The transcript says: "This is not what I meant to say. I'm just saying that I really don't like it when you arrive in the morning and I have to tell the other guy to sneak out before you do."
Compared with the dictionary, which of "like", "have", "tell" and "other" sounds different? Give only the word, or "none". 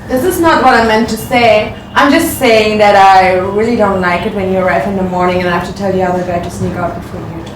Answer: have